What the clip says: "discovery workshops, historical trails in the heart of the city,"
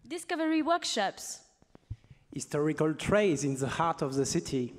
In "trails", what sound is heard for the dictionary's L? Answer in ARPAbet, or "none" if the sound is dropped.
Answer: none